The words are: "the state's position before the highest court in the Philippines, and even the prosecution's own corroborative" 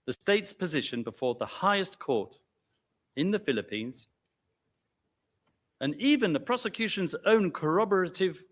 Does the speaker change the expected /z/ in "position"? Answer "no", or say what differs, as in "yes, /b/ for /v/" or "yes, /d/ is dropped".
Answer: no